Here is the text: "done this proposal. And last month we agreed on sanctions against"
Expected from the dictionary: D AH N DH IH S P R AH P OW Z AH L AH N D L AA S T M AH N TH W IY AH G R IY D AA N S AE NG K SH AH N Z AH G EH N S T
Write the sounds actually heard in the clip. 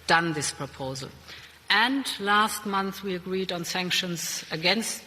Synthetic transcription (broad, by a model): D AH N DH IH S P R AH P OW Z AH L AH N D L AA S T M AH N TH W IY AH G R IY D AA N S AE NG K SH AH N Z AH G EH N S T